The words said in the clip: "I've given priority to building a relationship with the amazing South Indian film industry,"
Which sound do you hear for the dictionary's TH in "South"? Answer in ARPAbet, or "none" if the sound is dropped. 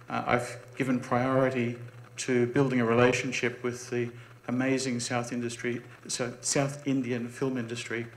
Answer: TH